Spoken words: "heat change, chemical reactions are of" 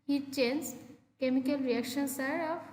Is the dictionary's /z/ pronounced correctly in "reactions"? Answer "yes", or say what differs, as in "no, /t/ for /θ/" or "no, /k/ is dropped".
no, /s/ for /z/